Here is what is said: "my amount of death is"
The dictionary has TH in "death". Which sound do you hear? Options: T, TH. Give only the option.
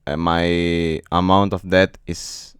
T